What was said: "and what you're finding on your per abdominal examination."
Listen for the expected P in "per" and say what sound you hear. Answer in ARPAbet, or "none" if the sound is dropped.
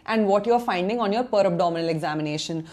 P